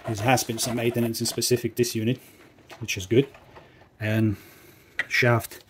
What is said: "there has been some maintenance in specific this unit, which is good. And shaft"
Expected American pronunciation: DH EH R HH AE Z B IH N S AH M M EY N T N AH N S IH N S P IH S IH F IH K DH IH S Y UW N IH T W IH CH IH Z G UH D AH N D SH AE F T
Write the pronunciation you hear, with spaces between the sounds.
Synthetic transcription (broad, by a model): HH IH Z HH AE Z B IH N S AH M M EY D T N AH N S IH N S P IH S IH F IH K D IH S Y UW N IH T W IH CH IH Z G UH D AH N SH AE F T